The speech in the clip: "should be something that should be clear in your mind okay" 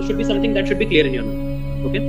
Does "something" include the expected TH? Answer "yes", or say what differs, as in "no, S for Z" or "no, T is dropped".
no, T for TH